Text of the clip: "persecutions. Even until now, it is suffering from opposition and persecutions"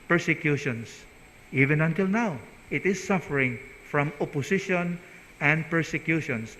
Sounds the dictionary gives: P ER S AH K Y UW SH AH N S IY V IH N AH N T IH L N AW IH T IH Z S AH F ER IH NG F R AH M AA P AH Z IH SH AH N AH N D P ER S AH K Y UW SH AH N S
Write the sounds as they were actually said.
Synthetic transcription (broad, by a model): P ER S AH K Y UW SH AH N S IY V IH N AH N T IH L N AW IH T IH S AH F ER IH NG F R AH M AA P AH S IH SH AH N AH N D P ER S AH K Y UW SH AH N S